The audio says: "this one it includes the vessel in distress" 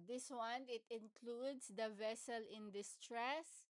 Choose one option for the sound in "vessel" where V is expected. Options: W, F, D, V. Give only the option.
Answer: V